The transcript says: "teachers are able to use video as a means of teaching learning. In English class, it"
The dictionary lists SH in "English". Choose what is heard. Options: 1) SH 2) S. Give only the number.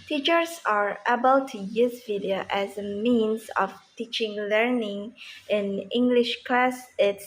1